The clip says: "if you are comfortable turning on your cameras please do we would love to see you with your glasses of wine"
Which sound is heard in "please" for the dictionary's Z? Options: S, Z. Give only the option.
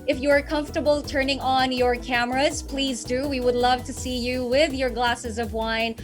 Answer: Z